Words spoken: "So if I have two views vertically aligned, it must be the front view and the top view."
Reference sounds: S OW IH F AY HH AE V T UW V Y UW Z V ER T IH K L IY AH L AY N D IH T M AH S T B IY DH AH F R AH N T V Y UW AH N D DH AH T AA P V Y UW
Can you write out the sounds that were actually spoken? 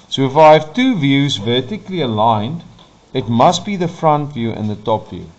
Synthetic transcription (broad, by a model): S OW IH F AY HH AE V T UW V Y UW Z V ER T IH K L IY AH L AY N D IH T M AH S T B IY DH AH F R AH N T V Y UW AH N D DH AH T AA P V Y UW